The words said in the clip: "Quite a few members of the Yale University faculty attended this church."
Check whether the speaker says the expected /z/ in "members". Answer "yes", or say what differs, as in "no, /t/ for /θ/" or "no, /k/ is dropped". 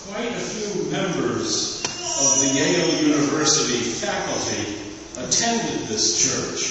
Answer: yes